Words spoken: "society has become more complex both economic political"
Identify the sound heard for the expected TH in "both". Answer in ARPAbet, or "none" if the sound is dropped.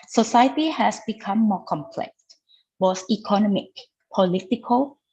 S